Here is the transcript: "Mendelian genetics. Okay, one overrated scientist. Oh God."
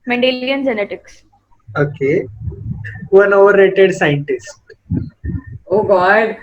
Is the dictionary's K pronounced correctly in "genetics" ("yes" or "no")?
yes